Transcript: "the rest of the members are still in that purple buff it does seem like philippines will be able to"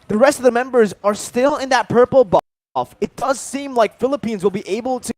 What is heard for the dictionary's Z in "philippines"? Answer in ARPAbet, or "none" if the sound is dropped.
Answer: Z